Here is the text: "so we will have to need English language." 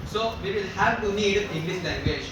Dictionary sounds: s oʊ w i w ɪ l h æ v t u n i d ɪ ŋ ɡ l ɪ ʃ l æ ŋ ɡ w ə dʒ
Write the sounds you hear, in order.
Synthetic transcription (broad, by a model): s oʊ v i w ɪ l h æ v t u n i d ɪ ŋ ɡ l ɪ s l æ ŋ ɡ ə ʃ